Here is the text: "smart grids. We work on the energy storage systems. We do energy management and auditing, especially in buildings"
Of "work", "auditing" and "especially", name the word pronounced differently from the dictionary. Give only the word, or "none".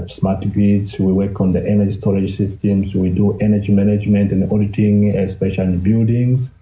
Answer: especially